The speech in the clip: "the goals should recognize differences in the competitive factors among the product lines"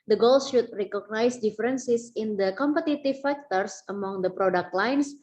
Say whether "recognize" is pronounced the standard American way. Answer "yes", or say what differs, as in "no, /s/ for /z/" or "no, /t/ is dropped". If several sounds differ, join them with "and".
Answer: no, /s/ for /z/